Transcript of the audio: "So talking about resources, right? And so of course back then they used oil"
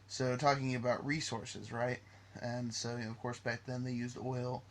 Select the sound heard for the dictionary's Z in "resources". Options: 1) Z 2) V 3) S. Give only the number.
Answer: 1